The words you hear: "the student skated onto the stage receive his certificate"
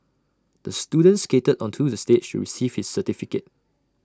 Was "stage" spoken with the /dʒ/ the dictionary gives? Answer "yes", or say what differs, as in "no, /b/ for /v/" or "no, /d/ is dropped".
no, /ʃ/ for /dʒ/